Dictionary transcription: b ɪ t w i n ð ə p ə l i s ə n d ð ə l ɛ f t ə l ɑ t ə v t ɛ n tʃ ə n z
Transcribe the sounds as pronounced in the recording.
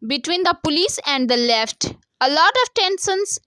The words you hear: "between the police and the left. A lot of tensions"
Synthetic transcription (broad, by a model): b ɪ t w i n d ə p ə l i s ə n d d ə l ɛ f t ə l ɑ t ə v t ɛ n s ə n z